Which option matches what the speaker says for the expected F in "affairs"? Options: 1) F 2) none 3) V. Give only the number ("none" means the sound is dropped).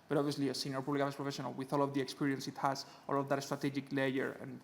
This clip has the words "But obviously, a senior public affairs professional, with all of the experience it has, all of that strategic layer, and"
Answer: 2